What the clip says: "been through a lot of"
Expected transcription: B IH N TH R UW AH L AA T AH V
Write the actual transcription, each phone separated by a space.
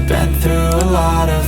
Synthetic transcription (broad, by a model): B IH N TH R UW AH L AA T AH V